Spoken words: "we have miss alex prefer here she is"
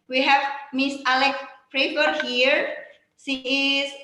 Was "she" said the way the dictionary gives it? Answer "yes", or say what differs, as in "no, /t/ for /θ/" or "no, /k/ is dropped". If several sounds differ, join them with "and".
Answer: no, /s/ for /ʃ/